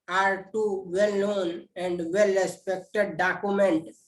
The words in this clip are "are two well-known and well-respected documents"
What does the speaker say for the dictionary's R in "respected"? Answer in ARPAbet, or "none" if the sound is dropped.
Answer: R